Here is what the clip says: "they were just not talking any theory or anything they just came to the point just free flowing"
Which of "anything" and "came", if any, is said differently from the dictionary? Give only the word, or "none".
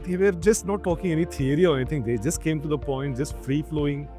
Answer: anything